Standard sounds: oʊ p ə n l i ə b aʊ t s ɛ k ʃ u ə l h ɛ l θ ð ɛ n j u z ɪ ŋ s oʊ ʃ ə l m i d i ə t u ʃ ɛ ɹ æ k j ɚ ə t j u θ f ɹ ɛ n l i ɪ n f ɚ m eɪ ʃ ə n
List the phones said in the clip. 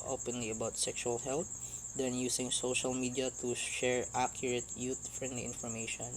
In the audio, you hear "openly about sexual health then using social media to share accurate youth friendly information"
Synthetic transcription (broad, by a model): oʊ p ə n l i ə b aʊ t s ɛ k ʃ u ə l h ɛ l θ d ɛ n j u s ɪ ŋ s oʊ ʃ ə l m i d i ə t u ʃ ɛ ɹ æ k j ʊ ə t j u t f ɹ ɛ n l i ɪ n f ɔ m eɪ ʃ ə n